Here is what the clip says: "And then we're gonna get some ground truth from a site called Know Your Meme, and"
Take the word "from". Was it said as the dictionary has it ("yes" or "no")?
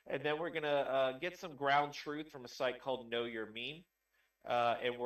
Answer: yes